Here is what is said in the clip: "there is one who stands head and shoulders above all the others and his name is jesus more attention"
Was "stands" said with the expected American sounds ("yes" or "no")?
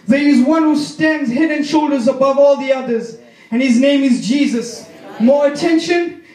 yes